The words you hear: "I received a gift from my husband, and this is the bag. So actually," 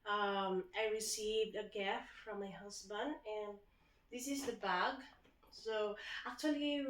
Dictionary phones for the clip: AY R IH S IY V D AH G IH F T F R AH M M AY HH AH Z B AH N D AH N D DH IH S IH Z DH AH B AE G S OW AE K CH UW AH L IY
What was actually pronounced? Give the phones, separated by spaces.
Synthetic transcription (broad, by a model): AY R IH S IY V D AH G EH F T F R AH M M AY HH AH S B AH N D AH N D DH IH S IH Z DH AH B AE G S OW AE K CH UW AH L IY